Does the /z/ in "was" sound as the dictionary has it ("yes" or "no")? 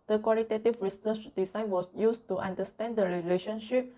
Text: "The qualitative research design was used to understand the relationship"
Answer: no